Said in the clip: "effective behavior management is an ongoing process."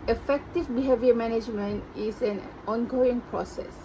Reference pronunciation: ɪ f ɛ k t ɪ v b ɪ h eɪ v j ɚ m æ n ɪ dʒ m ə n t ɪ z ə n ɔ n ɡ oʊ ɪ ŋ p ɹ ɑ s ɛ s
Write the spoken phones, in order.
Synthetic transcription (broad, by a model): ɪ f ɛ k t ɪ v b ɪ h eɪ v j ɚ m æ n ɪ dʒ m ə n t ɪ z ə n ɔ n ɡ oʊ ɪ ŋ p ɹ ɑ s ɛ s